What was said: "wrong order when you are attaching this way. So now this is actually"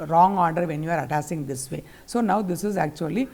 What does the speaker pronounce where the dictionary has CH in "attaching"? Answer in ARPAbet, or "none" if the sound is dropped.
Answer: S